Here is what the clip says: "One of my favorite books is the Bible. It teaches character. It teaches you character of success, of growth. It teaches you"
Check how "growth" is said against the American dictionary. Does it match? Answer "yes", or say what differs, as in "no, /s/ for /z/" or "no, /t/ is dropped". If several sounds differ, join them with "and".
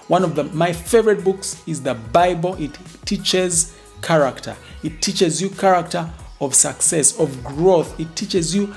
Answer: yes